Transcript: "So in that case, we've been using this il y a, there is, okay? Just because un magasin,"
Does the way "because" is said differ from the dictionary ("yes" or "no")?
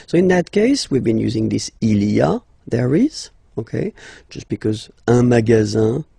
no